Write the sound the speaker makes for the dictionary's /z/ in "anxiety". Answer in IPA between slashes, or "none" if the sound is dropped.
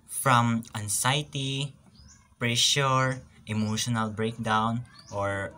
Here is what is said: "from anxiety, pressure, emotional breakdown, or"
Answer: /s/